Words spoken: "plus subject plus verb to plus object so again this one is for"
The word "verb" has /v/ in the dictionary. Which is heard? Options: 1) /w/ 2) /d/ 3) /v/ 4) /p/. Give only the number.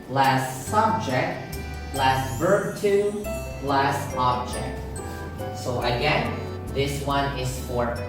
3